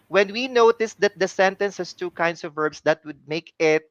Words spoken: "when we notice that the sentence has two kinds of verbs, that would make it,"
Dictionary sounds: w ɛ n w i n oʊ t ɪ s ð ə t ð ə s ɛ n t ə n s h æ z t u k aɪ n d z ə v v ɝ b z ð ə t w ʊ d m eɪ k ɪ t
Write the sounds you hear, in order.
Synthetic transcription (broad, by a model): w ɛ n w i n oʊ t ɪ s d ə t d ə s ɛ n t ə n s h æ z t u k aɪ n d s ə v v ɝ b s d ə t w ʊ d m eɪ k ɪ t